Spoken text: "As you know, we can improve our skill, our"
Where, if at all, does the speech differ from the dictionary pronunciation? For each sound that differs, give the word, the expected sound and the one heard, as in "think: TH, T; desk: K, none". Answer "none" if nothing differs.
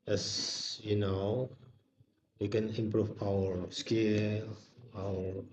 improve: V, P